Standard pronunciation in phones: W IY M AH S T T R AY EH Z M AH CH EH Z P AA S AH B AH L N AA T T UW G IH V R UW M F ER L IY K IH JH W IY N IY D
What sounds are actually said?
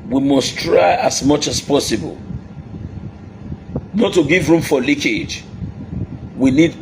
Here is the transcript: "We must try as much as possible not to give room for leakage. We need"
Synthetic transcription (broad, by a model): W IY M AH S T T R AY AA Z M AH CH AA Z P AA S AH B AH L N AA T T UW G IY V R UW M F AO L IY K IH JH W IY N IY D